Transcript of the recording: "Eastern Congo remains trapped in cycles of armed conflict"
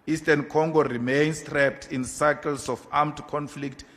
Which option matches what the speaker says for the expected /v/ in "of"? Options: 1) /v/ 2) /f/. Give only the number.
2